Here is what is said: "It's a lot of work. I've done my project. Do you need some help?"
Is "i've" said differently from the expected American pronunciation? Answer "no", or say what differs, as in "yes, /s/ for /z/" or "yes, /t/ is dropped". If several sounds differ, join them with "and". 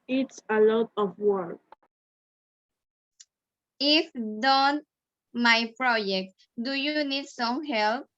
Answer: yes, /f/ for /v/